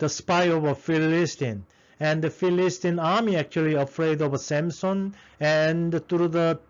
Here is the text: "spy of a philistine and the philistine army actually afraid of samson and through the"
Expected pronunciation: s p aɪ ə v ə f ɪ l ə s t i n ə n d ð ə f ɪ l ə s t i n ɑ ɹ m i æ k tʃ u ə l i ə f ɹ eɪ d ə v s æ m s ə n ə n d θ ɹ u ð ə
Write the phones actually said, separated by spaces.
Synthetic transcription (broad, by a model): s p aɪ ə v ə f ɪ l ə s t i n ə n d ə f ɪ l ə s t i n ɑ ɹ m i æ k tʃ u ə l i ə f ɹ eɪ d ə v s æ m s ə n ə n d t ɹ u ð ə